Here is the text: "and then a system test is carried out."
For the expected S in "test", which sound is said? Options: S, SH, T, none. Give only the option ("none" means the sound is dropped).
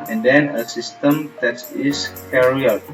none